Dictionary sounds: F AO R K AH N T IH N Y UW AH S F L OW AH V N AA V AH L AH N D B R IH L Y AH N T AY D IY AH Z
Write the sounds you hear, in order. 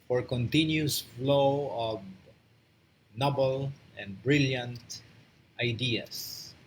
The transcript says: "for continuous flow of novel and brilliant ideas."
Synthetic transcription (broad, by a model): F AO R K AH N T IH N Y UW S F L OW AH V N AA B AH L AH N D B R IH L Y AH N T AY D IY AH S